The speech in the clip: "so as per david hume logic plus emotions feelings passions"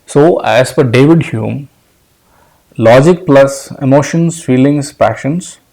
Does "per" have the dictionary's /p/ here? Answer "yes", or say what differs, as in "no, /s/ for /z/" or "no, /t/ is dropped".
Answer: no, /f/ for /p/